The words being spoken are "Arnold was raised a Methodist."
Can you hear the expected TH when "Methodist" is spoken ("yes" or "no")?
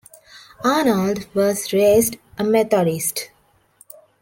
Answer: no